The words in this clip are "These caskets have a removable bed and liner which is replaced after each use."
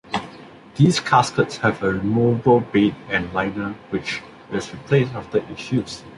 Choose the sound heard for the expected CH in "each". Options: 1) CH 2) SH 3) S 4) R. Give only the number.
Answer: 2